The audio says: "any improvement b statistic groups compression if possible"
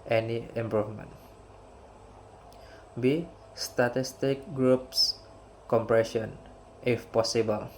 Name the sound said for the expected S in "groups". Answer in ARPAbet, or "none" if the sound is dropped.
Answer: S